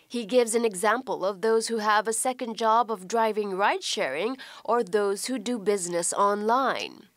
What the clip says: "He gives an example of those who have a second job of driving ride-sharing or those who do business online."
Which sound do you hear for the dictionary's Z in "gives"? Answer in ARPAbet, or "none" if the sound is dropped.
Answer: Z